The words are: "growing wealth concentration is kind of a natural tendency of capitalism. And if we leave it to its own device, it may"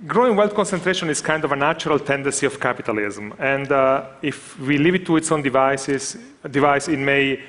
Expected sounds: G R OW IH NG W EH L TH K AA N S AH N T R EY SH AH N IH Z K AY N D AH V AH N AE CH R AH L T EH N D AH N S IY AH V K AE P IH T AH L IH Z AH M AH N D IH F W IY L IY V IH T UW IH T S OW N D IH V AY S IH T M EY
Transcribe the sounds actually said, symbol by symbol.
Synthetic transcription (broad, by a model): G R OW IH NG W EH L T K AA N S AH N T R EY SH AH N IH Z K AY N D AH V AH N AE CH R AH L T EH N D AH N S IY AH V K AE P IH T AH L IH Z M AH N D IH F W IY L IY V IH T UW IH T S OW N D IH V AY S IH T M EY